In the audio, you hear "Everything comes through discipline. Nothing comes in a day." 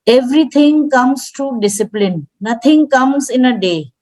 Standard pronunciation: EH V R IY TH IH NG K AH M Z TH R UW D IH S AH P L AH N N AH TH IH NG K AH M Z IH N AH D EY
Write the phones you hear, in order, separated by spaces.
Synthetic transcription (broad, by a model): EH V R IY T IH NG K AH M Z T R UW D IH S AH P L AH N N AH T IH NG K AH M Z IH N AH D EY